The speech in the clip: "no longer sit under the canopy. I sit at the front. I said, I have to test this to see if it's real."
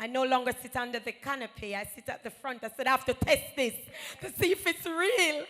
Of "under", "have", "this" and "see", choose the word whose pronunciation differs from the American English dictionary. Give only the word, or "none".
have